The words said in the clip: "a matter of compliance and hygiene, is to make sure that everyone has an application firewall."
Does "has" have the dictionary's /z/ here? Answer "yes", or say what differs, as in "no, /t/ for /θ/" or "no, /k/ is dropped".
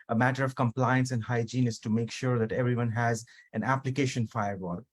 yes